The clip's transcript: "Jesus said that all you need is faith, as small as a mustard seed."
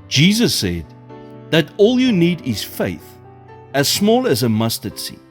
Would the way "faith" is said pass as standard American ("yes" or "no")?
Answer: yes